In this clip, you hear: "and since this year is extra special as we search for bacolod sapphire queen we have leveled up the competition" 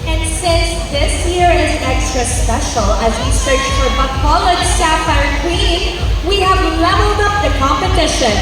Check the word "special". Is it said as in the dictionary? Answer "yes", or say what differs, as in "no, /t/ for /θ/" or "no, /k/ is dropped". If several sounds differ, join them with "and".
yes